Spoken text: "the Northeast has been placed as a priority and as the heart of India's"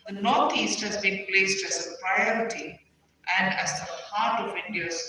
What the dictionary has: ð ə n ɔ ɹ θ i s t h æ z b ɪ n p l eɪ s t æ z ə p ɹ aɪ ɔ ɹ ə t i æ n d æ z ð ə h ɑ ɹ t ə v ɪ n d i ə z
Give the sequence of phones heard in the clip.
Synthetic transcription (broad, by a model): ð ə n ɔ ɹ t i s t h æ z b ɪ n p l eɪ s t æ z ə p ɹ aɪ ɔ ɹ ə t i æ n d æ z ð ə h ɑ ɹ t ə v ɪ n d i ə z